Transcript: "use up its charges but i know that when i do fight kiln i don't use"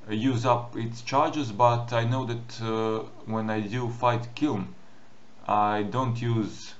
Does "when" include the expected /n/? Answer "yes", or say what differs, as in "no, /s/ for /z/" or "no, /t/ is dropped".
yes